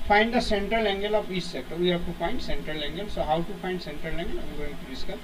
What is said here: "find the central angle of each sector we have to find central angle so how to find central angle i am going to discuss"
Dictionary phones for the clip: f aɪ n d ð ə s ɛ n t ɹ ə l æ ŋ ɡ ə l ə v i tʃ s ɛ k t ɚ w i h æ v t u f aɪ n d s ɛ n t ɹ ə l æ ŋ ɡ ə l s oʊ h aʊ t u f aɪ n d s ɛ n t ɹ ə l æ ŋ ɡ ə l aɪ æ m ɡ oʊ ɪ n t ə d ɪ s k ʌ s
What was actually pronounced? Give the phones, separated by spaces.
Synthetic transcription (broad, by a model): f aɪ n d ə s ɛ n t ɹ ə l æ ŋ ɡ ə l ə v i s s ɛ k t ɚ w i h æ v t u f aɪ n d s ɛ n t ɹ ə l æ ŋ ɡ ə l s oʊ h aʊ t u f aɪ n d s ɛ n t ɹ ə l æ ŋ ɡ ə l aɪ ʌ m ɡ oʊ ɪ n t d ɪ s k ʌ